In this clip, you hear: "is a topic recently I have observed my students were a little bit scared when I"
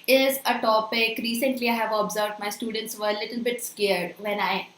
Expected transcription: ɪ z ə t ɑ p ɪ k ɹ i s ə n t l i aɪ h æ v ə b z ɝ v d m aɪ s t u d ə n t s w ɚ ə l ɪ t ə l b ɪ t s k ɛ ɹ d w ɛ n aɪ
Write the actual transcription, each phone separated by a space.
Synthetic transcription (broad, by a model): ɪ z ə t ɑ p ɪ k ɹ i s ə n t l i aɪ h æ v ə b z ɝ v d m aɪ s t u d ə n t s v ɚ ə l ɪ t ə l b ɪ t s k ɛ ɹ d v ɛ n aɪ